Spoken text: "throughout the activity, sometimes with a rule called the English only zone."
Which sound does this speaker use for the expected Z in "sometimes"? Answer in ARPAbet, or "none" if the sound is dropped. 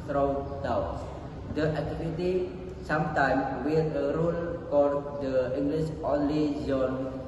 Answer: none